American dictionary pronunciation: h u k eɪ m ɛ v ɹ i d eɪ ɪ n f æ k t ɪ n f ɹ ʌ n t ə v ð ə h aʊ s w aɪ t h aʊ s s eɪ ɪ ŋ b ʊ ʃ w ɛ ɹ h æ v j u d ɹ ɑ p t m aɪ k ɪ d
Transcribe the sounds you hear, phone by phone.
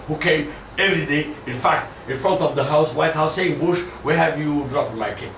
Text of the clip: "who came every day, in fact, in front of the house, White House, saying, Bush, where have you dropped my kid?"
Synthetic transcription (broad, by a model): h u k eɪ m ɛ v ɹ i d eɪ ɪ n f æ k t ɪ n f ɹ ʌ n t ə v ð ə h aʊ s w aɪ t h aʊ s s eɪ ɪ ŋ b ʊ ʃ w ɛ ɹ h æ v j u d ɹ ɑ p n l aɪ k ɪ